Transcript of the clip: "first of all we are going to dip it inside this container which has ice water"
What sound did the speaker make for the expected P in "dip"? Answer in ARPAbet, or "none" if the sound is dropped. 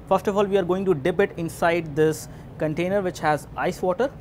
B